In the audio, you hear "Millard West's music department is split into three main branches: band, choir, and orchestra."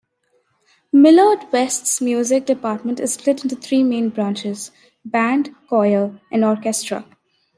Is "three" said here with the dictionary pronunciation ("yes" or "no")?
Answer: no